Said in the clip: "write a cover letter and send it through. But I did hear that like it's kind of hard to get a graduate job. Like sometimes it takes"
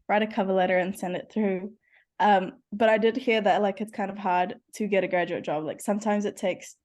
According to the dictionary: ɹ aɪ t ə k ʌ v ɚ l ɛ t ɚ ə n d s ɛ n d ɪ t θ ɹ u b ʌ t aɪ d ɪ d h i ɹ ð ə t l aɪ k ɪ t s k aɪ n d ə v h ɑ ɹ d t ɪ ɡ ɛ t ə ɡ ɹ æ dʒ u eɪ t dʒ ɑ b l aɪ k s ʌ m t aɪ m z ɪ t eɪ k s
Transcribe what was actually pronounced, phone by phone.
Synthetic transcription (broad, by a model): ɹ aɪ t ə k ʌ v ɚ l ɛ t ɚ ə n s ɛ n d ɪ t θ ɹ u b ʌ t aɪ d ɪ d h i ɹ ð ə t l aɪ k ɪ t s k aɪ n d ə v h ɑ ɹ d t ɪ ɡ ɛ t ə ɡ ɹ æ dʒ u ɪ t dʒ ɑ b l aɪ k s ʌ m t aɪ m z ɪ t eɪ k s